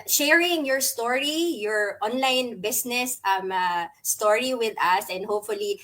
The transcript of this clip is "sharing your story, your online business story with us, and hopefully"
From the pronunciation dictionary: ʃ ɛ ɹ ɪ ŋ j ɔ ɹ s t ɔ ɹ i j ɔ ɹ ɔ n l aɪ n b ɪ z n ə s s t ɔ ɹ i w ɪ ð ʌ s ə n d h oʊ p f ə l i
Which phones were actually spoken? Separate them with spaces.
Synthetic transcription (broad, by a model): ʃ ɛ ɹ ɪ ŋ j ɔ ɹ s t ɔ ɹ i j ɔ ɹ ɔ n l aɪ n b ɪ s n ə s s t ɔ ɹ i w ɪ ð ʌ s ə n d h oʊ p f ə l i